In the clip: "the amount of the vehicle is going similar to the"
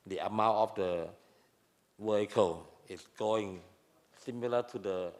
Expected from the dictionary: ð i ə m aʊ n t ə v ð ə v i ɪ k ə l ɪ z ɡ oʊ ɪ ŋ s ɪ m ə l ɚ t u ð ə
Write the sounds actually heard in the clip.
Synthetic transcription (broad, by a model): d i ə m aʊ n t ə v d ə w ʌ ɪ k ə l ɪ s ɡ oʊ ɪ ŋ s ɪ m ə l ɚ t u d ə